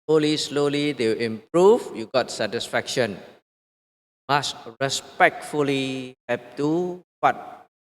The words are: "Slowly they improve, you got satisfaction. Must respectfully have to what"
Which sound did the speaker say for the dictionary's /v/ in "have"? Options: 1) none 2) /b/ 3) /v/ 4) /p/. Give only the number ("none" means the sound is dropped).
4